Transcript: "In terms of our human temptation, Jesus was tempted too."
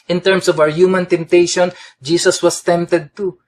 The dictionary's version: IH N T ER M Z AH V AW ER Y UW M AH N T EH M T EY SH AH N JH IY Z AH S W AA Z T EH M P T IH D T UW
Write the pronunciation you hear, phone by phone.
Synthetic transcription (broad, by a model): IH N T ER M S AH V AW ER Y UW M AH N T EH M T EY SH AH N JH IY S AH S W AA S T EH M P T IH D T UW